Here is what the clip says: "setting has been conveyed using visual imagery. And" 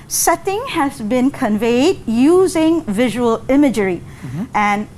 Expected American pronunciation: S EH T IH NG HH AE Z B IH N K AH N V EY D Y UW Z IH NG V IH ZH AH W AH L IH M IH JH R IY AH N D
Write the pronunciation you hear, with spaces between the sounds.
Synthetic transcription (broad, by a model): S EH T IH NG HH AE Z B IH N K AH N V EY D Y UW Z IH NG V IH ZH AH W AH L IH M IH JH R IY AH N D